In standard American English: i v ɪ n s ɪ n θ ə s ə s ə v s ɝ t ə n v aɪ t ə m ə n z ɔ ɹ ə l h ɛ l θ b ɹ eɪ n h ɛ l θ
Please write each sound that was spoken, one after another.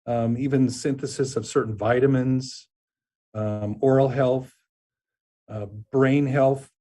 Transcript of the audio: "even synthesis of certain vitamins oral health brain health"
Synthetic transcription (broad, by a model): i v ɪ n s ɪ n θ ə s ə s ə v s ɝ t n v aɪ t ə m ə n z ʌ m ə l h ɛ l θ b ɹ eɪ n h ɛ l θ